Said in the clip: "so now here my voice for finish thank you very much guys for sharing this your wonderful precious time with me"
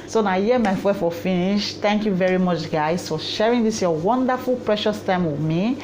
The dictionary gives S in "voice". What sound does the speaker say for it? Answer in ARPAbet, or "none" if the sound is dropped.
none